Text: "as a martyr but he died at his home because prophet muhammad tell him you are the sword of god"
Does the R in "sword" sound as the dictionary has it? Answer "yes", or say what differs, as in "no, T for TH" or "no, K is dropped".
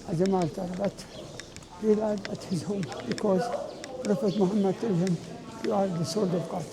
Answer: no, L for R